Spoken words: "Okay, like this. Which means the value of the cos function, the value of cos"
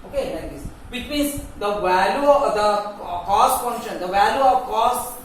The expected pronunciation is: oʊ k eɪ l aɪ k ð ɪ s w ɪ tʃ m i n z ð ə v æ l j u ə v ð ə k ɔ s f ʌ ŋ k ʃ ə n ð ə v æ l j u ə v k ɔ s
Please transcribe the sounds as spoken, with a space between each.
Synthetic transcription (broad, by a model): oʊ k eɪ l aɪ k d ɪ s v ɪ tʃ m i z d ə v æ l j u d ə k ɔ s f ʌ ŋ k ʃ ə n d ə v æ l j u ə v k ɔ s